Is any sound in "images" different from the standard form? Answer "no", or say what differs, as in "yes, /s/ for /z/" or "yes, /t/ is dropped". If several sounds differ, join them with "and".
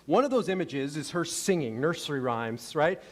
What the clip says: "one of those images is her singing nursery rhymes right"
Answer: no